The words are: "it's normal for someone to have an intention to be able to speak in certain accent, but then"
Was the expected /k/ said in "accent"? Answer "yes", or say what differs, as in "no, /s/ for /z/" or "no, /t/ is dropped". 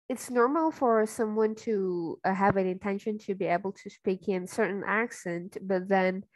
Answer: yes